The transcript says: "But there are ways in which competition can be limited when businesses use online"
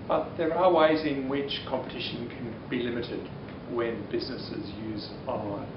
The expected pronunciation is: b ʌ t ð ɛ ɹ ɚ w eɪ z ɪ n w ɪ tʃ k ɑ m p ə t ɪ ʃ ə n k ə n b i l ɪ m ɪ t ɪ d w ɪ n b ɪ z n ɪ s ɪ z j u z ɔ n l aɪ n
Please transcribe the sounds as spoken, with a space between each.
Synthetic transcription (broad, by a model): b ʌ t ð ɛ ɹ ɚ w eɪ z ɪ n w ɪ tʃ k ɑ m p ə t ɪ ʃ ə n k ə n b i l ɪ m ɪ t ɪ d w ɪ n b ɪ z n ɪ s ɪ z j u z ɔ